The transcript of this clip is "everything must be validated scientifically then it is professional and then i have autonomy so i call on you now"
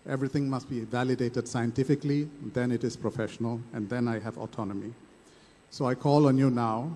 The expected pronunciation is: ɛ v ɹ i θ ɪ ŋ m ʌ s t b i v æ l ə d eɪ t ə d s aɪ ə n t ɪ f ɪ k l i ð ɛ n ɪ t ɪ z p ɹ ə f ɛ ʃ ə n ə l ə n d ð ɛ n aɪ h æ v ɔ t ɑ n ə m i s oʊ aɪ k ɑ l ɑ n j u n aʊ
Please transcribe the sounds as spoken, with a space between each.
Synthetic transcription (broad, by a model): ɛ v ɹ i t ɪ ŋ m ʌ s t b i v æ l ə d eɪ t ə d s aɪ ə n t ɪ f ɪ k l i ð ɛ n ɪ t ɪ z p ɹ ə f ɛ ʃ ə n ə l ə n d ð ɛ n aɪ h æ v ɔ t ɑ n ə m i s oʊ aɪ k ɑ l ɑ n j u n aʊ